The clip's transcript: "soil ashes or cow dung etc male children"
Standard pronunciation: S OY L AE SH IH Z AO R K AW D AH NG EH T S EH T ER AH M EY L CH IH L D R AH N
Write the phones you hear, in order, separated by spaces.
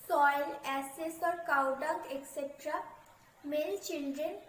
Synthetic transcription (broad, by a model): S OY L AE S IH S AO R K AW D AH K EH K S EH T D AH M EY L CH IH L D R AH N